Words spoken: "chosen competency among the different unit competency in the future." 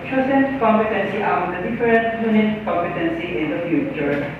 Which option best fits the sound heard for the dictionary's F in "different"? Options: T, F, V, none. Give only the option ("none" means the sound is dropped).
none